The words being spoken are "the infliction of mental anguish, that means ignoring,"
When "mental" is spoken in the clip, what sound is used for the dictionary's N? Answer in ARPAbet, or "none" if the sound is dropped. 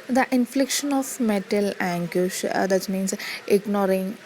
none